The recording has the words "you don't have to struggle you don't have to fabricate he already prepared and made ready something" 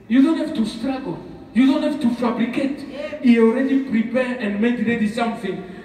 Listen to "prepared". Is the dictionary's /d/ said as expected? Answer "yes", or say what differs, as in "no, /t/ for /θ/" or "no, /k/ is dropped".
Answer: no, /d/ is dropped